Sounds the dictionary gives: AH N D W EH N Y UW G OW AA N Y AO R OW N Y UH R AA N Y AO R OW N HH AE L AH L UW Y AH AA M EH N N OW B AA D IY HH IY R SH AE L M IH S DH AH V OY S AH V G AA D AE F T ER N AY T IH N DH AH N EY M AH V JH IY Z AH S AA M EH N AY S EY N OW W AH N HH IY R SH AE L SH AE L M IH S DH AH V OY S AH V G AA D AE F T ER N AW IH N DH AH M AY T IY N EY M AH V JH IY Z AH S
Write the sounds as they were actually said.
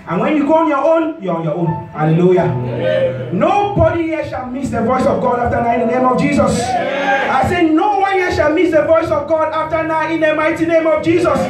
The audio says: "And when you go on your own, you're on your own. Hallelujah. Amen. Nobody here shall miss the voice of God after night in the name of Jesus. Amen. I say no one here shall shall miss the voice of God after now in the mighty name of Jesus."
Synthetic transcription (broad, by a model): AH N W EH N Y UW G OW AA N Y AO OW N Y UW AA N Y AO OW N HH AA L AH L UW Y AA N N OW B AA D IY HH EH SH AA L M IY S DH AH V OY S AH V G AA D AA F T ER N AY IH N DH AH N EY M AH V JH IY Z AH S AA IH S EY N OW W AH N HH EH SH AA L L M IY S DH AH V OY S AH V G AA D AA F T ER N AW IH N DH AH M AY T IY N EY M AH V JH IY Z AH S